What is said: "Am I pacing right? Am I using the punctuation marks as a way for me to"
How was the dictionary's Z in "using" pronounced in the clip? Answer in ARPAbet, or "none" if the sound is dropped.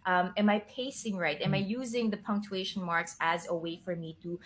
Z